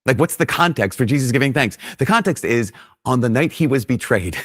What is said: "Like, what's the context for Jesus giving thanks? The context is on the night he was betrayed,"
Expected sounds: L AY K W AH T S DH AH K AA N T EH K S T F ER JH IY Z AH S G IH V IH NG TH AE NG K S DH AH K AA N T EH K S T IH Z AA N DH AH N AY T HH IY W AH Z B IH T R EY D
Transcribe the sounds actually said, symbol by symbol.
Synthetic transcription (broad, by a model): L AY K W AH T S DH AH K AA N T EH K S T F ER JH IY Z AH S G IH V IH NG TH AE NG K S DH AH K AA N T EH K S T IH Z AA N DH AH N AY T HH IY W AH Z B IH T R EY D